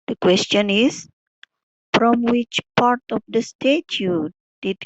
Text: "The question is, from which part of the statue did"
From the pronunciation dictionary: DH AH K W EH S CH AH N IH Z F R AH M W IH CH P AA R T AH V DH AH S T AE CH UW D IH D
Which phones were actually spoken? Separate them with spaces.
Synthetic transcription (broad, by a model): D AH K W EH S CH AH N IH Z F R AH M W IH CH P AA R T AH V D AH S T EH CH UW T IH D